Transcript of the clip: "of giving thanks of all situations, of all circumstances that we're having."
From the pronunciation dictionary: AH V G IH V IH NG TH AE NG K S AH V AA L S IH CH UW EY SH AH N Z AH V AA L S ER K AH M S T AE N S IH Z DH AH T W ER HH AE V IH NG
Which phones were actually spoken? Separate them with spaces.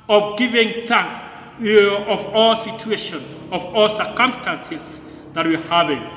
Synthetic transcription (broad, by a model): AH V G IH V IH NG TH AE NG K S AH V AA L S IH CH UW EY SH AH N AH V AA L S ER K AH M S T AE N S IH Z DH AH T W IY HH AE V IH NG